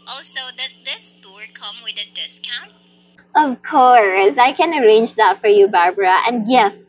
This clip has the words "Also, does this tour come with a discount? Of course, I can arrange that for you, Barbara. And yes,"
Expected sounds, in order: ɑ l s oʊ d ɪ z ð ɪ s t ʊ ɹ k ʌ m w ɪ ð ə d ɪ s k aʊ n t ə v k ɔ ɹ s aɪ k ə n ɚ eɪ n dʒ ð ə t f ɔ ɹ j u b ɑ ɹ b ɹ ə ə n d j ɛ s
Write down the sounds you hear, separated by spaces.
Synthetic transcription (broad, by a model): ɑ l s oʊ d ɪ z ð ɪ s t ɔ ɹ k ʌ m w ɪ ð ə d ɪ s k aʊ n t ə v k ɔ ɹ s aɪ k ə n ɚ eɪ n dʒ ð ə t f ɔ ɹ j u b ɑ ɹ b ɹ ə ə n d j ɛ s